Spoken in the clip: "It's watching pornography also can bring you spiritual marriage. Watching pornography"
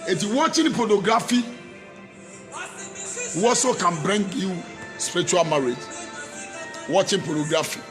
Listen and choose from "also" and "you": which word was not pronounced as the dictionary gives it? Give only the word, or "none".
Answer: also